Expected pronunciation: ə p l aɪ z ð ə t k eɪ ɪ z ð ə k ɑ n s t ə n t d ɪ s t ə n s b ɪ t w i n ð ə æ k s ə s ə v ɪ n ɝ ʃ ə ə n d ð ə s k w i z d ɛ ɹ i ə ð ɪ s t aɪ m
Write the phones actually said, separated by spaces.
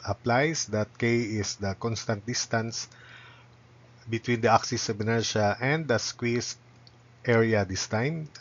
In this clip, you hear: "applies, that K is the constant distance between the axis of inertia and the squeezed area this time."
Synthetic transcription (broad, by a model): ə p l aɪ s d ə t k eɪ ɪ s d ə k ɑ n s t ə n t d ɪ s t ə n s b ɪ t w i n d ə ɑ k s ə s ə b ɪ n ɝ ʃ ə ə n d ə s k w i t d ɛ ɹ i ə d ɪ s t aɪ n